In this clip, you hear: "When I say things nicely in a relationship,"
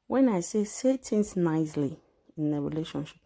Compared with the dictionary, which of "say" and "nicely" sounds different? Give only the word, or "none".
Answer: none